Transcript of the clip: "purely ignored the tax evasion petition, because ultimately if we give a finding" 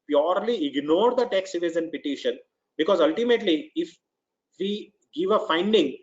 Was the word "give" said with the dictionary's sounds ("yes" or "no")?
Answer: yes